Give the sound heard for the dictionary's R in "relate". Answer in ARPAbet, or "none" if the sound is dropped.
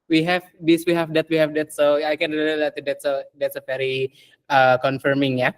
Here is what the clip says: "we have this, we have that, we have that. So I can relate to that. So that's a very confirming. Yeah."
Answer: L